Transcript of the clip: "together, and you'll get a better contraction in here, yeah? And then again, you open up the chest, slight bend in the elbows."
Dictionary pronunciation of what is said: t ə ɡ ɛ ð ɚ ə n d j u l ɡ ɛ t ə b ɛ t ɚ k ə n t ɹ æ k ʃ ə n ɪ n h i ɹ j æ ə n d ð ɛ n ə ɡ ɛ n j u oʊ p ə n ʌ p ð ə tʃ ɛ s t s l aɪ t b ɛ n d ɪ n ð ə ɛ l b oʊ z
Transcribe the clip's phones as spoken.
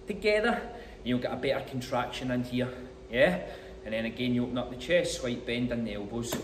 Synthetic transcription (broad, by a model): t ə ɡ ɛ ð ɚ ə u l ɡ ɛ t ə b ɛ t ɚ k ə n t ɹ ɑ k ʃ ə n ɪ n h i ɹ j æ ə n ð ɛ n ə ɡ ɛ n j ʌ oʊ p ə n ʌ p ð ə tʃ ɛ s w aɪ t b ɛ n d ɪ n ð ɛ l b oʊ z